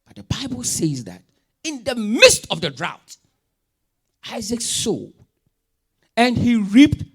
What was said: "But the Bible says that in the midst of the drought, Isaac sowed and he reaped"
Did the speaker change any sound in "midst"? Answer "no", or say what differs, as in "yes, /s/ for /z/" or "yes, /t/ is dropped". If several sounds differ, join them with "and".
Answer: no